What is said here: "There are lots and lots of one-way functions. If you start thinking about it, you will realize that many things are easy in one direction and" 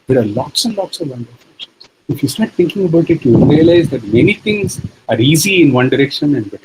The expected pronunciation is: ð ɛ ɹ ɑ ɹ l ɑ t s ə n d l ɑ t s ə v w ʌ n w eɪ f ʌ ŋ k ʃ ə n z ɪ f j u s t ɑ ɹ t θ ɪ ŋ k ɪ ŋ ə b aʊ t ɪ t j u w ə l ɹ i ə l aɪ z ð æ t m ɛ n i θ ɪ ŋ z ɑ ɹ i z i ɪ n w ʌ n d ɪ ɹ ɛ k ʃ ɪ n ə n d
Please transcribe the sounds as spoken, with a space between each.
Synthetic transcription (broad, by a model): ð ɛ ɹ ɑ ɹ l ɑ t s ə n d l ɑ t s ə v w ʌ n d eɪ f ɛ k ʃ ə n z ɪ f j u s t ɑ ɹ t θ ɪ ŋ k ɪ ŋ ə b aʊ t ɪ t j u ɹ i ə l aɪ z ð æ t m ɛ n i t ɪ ŋ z ɑ ɹ i z i ɪ n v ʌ n d ɪ ɹ ɛ k ʃ ɪ n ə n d